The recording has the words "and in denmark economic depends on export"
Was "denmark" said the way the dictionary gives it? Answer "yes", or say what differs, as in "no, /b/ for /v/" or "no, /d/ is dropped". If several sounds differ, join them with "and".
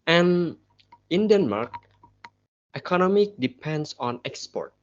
yes